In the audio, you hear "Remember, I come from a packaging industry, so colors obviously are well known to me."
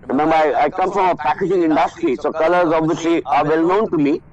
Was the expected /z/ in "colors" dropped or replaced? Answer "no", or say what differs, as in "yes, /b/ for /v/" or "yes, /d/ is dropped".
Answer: no